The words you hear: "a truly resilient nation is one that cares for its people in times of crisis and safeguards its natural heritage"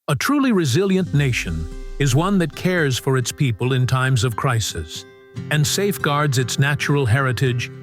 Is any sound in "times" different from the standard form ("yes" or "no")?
no